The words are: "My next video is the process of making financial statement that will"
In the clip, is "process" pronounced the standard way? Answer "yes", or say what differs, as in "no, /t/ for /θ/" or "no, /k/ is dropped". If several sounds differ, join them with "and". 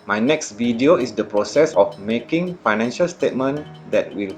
yes